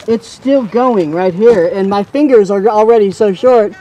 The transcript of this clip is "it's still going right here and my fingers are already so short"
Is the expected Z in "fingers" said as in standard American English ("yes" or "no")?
yes